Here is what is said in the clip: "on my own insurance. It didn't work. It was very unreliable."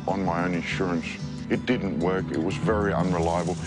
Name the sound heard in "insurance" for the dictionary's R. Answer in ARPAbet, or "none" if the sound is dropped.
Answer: R